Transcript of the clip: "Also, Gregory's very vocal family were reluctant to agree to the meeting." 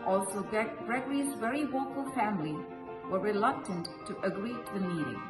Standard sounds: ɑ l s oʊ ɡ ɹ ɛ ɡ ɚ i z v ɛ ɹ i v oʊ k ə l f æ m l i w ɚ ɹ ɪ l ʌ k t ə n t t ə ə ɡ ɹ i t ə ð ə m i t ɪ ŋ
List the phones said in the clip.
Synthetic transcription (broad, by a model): ɑ l s oʊ ɡ ɹ ɛ ɡ ɚ i z v ɛ ɹ i w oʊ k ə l f æ m l i w ɚ ɹ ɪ l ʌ k t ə n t t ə ə ɡ ɹ i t ð ə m i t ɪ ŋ